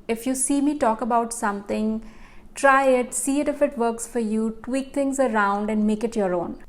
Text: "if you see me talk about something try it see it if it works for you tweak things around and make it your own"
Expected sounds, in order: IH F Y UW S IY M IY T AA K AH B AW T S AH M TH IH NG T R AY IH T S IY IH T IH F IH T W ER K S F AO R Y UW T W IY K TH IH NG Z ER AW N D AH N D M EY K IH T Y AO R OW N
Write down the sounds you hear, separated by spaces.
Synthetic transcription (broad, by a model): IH F Y UW S IY M IY T AA K AH B AW T S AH M T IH NG T R AY IH T S IY IH T IH F IH T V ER K S F AO R Y UW T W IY K T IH NG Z ER AW N D AH N D M EY K IH T Y AO R OW N